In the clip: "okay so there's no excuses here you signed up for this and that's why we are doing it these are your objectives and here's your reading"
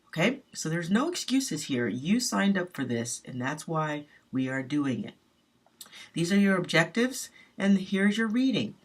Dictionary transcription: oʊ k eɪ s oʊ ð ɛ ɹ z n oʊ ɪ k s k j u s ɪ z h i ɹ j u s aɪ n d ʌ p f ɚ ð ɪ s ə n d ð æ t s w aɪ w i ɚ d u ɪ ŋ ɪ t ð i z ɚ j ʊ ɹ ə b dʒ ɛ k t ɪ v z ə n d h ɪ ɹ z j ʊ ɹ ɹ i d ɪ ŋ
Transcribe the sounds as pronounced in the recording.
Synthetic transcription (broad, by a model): oʊ k eɪ s oʊ ð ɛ ɹ z n oʊ ɪ k s k j u s ɪ z h i ɹ j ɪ s aɪ n d ʌ p f ɚ ð ɪ s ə n ð æ t s w aɪ w i ɚ d u ɪ ŋ ɪ t ð i z ɚ j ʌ ɹ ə b dʒ ɛ k t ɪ v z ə n h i ɹ z j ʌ ɹ ɹ i d ɪ ŋ